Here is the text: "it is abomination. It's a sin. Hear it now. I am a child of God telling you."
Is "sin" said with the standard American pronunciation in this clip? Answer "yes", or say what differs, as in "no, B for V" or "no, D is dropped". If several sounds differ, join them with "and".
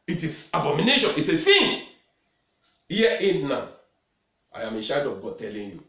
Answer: no, TH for S